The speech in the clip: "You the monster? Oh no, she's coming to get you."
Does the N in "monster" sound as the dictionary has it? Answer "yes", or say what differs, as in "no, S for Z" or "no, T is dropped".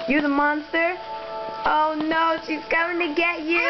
yes